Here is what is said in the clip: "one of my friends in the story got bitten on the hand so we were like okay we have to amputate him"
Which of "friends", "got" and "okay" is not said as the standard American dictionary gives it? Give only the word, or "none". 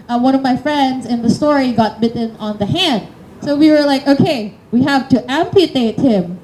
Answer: none